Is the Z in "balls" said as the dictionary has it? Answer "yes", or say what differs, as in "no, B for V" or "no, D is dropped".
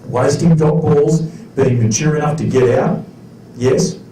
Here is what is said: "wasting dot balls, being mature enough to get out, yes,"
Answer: yes